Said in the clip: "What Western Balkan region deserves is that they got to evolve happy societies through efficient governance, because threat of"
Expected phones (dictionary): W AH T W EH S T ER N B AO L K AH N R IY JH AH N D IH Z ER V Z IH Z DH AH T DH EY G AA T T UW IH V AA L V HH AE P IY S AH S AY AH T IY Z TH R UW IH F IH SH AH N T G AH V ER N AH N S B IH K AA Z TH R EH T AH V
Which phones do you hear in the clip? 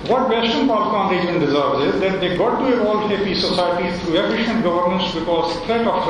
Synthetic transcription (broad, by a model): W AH T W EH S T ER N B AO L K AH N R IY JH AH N D IH Z ER V Z IH Z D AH T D EY G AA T T UW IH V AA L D HH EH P IY S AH S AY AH T IY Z T R UW IH F IH SH AH N T G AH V ER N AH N S B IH K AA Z T R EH T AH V